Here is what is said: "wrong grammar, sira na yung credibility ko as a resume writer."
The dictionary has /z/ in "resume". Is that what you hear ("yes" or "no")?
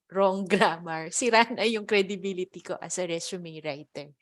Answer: no